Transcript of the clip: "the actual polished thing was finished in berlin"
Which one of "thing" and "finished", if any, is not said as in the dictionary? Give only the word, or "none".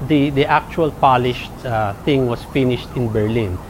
none